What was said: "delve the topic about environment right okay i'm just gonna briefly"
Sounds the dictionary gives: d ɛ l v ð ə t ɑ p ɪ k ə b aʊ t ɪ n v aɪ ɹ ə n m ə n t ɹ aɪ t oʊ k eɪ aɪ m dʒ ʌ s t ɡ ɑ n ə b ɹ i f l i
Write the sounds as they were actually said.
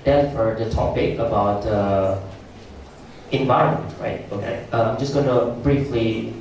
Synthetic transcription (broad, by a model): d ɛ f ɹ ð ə t ɑ p ɪ k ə b aʊ t ɪ n v aɪ ɹ ə n m ə n t ɹ aɪ t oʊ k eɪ aɪ m dʒ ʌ s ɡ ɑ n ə b ɹ i f l i